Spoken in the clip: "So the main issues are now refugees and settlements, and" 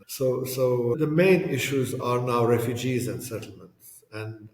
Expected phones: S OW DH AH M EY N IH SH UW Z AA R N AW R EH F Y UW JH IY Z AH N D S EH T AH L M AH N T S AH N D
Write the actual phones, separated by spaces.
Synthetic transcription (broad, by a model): S OW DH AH M EY N IH SH UW Z AA R N AW R EH F Y UW JH IY Z AH N D S EH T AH L M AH N T S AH N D